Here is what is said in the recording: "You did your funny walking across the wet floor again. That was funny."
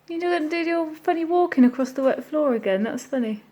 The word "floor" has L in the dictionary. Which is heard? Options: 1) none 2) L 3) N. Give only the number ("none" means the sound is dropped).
2